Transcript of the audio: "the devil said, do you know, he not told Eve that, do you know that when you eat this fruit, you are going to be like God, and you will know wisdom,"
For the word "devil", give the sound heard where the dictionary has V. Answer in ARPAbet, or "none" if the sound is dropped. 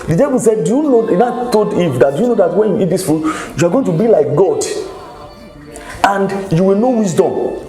B